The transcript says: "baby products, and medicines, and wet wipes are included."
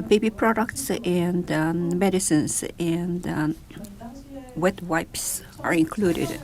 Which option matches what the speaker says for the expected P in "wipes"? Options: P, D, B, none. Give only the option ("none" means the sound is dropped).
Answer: P